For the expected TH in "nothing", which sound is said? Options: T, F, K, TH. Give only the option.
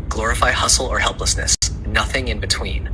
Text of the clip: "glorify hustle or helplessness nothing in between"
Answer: TH